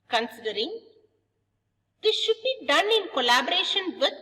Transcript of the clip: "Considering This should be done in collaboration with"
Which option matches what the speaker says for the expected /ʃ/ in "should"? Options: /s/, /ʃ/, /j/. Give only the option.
/ʃ/